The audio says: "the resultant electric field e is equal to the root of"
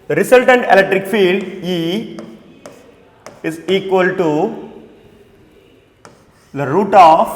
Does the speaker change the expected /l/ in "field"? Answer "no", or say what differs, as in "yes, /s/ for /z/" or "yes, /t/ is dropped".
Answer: no